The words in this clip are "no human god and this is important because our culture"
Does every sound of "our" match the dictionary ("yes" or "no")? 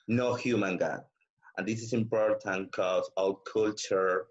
no